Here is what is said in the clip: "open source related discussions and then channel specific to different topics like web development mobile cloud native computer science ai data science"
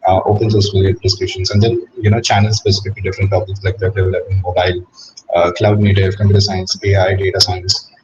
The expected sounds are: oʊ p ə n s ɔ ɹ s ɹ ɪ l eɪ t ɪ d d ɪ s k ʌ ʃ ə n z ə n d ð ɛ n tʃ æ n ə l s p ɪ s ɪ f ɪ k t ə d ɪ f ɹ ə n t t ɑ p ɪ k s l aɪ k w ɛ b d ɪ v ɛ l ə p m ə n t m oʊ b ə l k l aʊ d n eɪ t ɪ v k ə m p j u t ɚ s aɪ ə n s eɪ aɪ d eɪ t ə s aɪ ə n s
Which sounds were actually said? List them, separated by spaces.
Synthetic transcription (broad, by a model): oʊ p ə n s ɔ ɹ s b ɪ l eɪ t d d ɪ s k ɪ ʃ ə n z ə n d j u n tʃ æ n ə l s p ɪ s ɪ f ɪ k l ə d ɪ f ɹ ə n t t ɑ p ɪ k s l aɪ k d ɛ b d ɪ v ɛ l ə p ə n m oʊ b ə l k l aʊ d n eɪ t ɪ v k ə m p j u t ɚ s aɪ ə n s eɪ aɪ d eɪ t ə s aɪ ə n s